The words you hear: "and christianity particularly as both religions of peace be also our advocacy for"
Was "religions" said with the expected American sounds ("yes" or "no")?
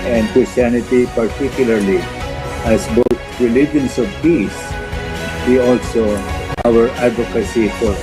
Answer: no